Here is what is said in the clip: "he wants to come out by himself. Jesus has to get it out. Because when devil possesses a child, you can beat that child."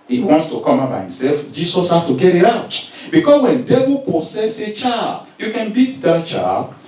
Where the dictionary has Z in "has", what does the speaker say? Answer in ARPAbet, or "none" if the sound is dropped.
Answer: S